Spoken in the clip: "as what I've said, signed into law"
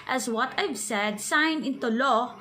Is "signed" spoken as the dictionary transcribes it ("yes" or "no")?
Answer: no